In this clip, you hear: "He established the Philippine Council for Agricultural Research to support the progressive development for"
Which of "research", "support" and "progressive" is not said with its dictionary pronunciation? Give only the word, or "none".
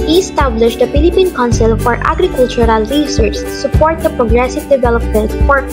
research